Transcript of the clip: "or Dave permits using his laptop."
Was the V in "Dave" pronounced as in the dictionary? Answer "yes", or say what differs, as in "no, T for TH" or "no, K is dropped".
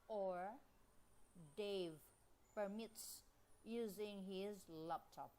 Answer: yes